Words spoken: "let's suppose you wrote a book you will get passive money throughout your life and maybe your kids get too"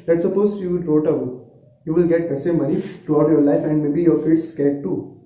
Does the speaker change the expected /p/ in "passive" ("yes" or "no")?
yes